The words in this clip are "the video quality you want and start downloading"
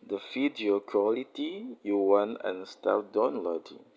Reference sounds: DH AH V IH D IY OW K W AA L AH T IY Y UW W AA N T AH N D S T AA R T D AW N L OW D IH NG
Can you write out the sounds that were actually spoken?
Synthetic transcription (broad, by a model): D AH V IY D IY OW K W AA L AH T IY Y UW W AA N AH N S T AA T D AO N L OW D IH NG